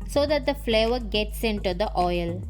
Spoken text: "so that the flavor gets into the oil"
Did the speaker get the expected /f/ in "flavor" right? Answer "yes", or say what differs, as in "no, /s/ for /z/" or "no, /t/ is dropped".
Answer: yes